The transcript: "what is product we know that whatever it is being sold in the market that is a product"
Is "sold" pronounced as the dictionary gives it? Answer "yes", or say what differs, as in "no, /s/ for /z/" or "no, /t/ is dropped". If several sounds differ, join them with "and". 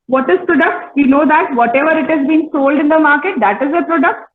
yes